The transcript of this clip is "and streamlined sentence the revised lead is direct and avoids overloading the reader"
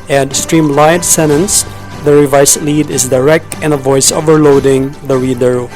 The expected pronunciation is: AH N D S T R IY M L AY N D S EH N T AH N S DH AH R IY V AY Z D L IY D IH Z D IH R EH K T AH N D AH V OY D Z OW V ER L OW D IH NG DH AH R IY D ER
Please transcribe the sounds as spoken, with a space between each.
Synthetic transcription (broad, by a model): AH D S T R IY M L AY D S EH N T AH N S DH AH R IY V AY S L IY D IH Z D IH R EH K T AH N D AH V OY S OW V ER L OW D IH NG DH AH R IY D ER